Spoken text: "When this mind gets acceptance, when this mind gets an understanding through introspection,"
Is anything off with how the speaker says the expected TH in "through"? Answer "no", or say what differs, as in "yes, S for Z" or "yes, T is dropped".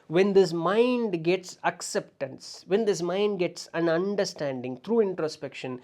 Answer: yes, T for TH